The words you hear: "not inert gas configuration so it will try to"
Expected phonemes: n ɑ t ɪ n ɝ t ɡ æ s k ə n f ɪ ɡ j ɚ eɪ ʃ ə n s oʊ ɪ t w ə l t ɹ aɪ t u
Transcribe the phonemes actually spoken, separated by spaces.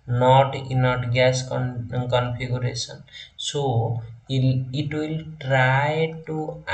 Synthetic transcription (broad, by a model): n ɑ t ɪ n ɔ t ɡ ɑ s k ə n p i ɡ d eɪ s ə n s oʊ ɪ t w ə l t ɹ aɪ t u